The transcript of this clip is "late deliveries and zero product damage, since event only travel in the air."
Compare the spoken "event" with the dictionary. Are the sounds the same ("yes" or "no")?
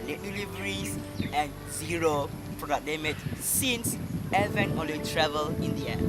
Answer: no